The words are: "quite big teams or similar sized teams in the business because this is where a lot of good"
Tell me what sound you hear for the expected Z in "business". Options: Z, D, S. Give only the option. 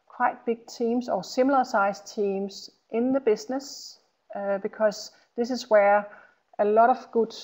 S